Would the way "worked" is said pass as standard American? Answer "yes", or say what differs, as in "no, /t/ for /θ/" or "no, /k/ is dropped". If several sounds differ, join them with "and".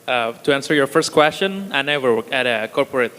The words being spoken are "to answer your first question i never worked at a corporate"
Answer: no, /t/ is dropped